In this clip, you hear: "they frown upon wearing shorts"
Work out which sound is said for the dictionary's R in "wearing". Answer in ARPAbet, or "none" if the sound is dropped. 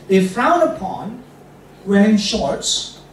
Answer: none